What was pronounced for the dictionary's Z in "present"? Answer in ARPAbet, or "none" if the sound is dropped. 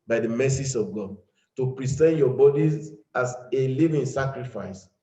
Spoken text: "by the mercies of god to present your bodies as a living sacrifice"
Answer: S